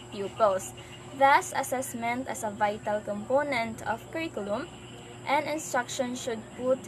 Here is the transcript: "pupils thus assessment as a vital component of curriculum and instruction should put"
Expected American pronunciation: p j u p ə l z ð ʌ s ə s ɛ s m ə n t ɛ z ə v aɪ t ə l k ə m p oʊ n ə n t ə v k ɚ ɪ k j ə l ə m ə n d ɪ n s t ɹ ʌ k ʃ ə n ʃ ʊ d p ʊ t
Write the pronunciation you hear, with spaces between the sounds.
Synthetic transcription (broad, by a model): p j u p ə l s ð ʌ s ə s ɛ s m ə n t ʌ s ə v aɪ t ə l k ə m p oʊ n ə n t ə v k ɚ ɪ k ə l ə m ə n d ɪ n s t ɹ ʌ k ʃ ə n ʃ ʊ d p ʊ t